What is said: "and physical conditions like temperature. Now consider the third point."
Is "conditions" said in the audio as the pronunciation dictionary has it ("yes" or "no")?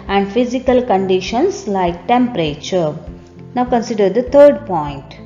no